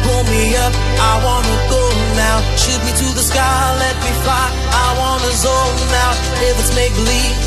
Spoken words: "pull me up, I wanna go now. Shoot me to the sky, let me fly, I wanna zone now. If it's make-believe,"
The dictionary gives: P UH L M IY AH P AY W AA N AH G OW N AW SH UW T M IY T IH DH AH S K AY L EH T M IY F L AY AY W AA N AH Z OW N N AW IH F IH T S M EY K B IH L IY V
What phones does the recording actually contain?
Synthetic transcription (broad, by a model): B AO M IY AH P AY W AA N AH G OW N AW SH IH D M IY T IH DH AH S K AY L EH T M IY F AY AY W AA N AH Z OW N N AW IH F IH T S M EY K L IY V